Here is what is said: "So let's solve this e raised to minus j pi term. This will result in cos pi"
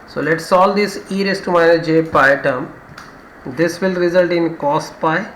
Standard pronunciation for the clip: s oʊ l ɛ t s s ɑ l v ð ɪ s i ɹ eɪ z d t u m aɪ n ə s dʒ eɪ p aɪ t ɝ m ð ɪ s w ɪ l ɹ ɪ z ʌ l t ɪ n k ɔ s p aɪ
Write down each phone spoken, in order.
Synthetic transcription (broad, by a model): s oʊ l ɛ t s s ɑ l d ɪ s i ɹ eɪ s t u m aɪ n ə dʒ eɪ p aɪ t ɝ m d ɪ s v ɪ l ɹ ɪ z ʌ l t ɪ n k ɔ s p aɪ